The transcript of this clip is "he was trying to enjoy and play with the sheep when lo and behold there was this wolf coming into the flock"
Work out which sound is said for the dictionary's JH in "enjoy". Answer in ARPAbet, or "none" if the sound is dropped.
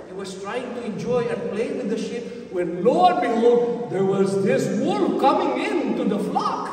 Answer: JH